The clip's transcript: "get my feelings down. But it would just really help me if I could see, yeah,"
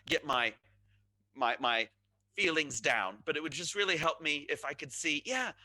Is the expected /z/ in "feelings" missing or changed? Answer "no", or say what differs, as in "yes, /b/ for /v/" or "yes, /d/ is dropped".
no